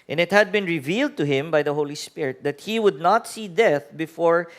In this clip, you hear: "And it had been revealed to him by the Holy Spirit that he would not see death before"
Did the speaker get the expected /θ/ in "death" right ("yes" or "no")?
yes